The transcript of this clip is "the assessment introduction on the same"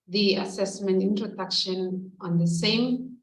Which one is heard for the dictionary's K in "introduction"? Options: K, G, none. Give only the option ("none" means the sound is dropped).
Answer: K